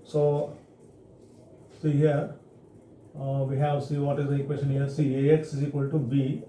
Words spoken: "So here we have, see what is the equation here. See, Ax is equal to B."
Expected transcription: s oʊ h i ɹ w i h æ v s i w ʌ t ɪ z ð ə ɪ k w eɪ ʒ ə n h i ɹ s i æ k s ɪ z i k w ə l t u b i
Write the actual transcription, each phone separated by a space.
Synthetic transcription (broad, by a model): s oʊ h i ɹ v i h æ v s i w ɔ t ɪ z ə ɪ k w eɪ s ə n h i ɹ s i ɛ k s ɪ z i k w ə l t u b i